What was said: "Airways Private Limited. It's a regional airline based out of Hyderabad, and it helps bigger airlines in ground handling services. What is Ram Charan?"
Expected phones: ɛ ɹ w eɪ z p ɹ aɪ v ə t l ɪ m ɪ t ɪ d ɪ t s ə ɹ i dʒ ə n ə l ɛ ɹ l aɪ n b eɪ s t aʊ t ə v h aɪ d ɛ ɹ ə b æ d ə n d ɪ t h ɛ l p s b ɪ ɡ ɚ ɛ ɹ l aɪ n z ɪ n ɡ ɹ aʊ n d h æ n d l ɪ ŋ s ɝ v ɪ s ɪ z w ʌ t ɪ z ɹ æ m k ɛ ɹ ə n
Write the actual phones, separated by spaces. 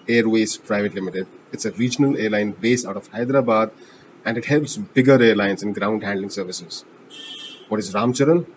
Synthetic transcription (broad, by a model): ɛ ɹ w eɪ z p ɹ aɪ v ə t l ɪ m ɪ t ɪ d ɪ t s ə ɹ i dʒ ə n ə l ɛ ɹ l aɪ n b eɪ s aʊ t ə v h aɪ d ɹ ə b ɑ d ə n d ɪ t h ɛ l p s b ɪ ɡ ɚ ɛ ɹ l aɪ n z ɪ n ɡ ɹ aʊ n d h æ n d l ɪ ŋ s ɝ v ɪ s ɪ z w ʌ t ɪ z ɹ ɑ m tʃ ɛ ɹ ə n